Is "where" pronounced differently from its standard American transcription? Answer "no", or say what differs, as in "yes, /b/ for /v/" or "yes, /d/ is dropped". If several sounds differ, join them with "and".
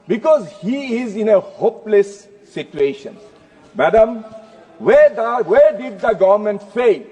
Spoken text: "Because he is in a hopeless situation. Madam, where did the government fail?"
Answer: yes, /w/ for /ɹ/